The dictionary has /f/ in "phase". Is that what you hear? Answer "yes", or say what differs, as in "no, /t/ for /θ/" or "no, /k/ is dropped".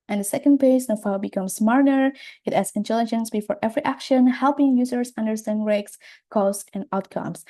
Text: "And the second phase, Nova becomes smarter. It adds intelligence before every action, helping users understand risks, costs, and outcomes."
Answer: no, /p/ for /f/